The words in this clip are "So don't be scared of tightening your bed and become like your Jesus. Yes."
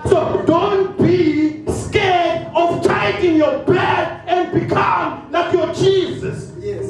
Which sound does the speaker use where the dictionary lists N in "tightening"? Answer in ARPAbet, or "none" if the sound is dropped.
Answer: none